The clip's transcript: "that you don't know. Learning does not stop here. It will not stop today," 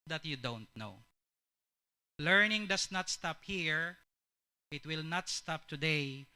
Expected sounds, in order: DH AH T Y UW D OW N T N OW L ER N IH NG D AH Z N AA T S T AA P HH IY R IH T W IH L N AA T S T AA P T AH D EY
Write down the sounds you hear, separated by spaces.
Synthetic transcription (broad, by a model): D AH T Y UW D OW N T N OW L ER N IH NG D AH S N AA T S T AA P HH IY R IH T W IH L N AA T S T AA P T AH D EY